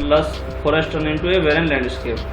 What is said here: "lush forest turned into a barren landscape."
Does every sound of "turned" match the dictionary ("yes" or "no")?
no